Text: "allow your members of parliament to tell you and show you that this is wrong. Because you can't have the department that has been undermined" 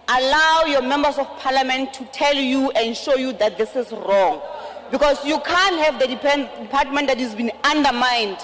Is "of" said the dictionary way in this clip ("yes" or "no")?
no